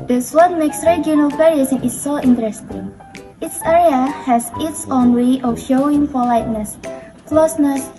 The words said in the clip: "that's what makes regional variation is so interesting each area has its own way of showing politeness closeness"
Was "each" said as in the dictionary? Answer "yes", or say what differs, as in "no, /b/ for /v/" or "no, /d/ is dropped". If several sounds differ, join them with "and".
no, /s/ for /tʃ/